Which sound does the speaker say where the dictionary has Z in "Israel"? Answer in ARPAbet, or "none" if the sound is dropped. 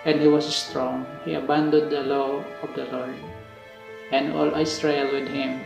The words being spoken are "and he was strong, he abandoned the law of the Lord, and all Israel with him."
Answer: S